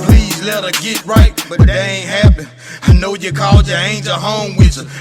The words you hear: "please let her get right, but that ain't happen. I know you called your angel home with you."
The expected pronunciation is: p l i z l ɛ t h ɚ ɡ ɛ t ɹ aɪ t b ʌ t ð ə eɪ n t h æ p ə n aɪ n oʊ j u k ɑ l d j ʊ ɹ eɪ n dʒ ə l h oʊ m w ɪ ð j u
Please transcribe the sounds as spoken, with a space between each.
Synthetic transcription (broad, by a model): p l i z l ɛ t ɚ ɡ ɛ t ɹ aɪ t b ʌ t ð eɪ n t h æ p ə ɪ n oʊ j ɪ k ɑ l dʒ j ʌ ɹ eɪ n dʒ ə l h oʊ m w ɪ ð